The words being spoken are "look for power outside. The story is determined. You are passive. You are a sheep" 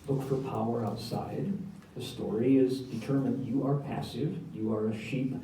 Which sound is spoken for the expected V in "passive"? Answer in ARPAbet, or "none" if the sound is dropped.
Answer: V